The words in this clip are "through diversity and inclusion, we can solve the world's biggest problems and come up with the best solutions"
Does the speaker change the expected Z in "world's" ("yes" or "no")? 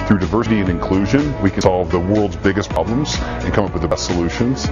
no